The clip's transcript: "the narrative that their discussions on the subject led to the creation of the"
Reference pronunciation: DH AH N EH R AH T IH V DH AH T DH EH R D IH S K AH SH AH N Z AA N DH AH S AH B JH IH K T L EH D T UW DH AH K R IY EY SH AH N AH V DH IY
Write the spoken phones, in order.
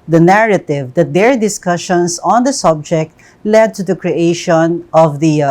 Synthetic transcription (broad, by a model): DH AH N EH R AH T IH V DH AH T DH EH R D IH S K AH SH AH N S AA N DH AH S AH B JH IH K T L EH D T UW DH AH K R IY EY SH AH N AH V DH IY